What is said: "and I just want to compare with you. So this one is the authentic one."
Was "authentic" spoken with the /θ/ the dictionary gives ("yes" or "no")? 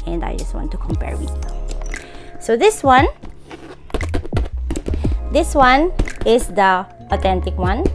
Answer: no